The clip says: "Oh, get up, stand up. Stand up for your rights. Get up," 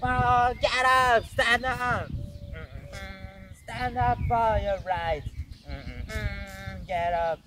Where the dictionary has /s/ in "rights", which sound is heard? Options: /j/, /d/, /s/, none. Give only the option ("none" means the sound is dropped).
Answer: none